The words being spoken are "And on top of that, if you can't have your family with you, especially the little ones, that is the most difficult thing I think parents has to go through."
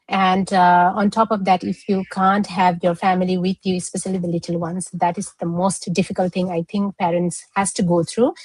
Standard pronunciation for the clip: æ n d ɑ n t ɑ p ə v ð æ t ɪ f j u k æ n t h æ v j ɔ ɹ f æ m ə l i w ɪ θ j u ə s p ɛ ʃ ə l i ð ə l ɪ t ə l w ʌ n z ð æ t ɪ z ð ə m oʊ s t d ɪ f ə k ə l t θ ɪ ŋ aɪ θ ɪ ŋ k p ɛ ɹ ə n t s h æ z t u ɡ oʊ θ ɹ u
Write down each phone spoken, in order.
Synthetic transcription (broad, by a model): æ n d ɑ n t ɑ p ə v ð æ t ɪ f j u k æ n t h æ v j ɔ ɹ f æ m ə l i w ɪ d j u ə s p ɛ ʃ ə l i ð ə l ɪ t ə l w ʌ n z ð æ t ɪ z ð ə m oʊ s t d ɪ f ə k ə l t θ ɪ ŋ aɪ t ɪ ŋ k p ɛ ɹ ə n t s h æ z t u ɡ oʊ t ɹ u